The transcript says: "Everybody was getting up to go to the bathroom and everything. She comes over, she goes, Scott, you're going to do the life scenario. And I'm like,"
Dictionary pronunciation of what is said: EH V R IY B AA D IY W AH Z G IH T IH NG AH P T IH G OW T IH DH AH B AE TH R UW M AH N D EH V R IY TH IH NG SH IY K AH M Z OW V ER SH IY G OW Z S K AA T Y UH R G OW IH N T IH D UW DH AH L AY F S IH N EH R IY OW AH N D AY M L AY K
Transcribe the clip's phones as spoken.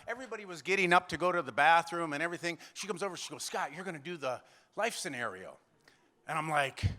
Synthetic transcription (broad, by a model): EH V R IY B AA D IY W AH Z G IH T IH NG AH P T IH G OW T IH DH AH B AE TH R UW M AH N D EH V R IY TH IH NG SH IY K AH M Z OW V ER SH IY G OW Z S K AA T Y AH R G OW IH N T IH D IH DH AH L AY F S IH N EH R IY OW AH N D AY M L AY K